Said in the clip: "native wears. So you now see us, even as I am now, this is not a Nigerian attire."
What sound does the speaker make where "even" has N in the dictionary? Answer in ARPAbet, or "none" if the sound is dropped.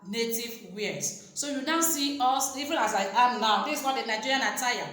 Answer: L